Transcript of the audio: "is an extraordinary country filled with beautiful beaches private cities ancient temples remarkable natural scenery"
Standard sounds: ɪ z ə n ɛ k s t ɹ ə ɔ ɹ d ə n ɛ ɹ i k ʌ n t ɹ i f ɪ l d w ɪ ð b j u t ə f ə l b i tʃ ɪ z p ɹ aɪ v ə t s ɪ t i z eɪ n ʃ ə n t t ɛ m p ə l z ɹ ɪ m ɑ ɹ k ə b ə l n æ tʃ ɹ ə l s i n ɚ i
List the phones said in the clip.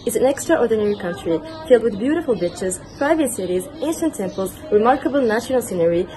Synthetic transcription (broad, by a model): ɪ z ə n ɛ k s t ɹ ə ɔ ɹ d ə n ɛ ɹ i k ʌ n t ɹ i f ɪ l d w ɪ ð b j u t ə f ə l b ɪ tʃ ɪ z p ɹ aɪ v ə t s ɪ t i z eɪ n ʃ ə n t t ɛ m p ə l z ɹ ɪ m ɑ ɹ k ə b ə l n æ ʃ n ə l s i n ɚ i